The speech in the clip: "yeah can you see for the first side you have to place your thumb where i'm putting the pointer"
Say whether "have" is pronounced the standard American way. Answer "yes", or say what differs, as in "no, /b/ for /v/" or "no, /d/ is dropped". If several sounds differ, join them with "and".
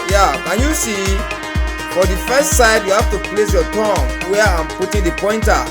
no, /f/ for /v/